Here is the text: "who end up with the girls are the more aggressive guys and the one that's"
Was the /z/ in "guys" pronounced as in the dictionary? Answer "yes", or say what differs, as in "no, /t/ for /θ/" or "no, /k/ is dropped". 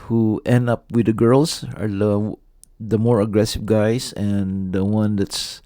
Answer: no, /s/ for /z/